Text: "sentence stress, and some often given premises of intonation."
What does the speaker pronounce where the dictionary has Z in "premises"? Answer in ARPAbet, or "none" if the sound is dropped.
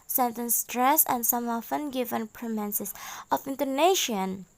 S